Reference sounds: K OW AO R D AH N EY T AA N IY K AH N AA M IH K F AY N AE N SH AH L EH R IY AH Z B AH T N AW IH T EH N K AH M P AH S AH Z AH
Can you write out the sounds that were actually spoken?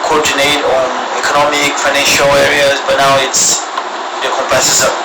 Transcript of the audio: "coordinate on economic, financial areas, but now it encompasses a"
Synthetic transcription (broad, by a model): K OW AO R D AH N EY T AA N IY K AH N AA M IH K F AY N AE N SH AH L EH R IY AH Z B AH T N AW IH T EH K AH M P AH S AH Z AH